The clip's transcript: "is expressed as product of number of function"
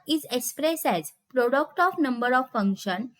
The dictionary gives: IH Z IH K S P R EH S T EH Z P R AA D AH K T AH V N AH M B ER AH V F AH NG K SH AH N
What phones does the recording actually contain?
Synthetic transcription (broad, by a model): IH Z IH K S P R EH S EH Z P R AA D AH K T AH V N AH M B ER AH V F AH NG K SH AH N